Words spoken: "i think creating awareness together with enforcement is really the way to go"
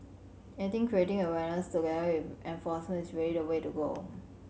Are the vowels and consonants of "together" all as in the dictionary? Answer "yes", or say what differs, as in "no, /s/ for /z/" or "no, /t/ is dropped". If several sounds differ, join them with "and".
no, /ð/ is dropped